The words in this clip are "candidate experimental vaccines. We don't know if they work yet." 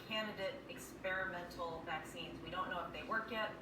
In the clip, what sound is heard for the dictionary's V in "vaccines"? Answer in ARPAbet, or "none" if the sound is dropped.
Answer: V